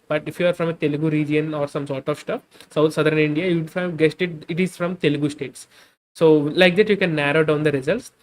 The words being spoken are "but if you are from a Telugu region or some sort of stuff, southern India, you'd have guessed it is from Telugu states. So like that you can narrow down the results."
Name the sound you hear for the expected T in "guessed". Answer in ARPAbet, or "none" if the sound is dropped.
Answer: T